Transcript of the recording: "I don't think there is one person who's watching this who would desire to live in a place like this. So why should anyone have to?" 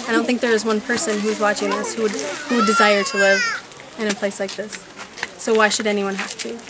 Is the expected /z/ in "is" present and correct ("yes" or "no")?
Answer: yes